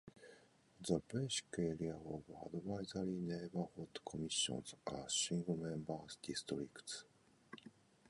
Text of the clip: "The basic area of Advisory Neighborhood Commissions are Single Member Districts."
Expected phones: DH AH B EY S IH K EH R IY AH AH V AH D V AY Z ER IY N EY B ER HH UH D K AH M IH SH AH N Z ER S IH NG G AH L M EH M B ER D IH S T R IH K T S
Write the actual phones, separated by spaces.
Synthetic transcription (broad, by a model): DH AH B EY SH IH K EH R IY AH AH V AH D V AY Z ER IY N EY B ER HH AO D K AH M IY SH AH N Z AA SH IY NG G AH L M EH M B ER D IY S T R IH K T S